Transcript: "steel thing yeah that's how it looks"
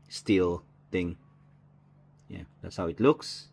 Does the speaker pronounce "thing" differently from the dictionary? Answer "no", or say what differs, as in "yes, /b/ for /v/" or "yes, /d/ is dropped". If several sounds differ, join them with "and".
yes, /t/ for /θ/